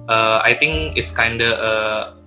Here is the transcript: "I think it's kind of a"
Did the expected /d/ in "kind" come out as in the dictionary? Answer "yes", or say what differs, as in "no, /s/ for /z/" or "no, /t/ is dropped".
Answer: yes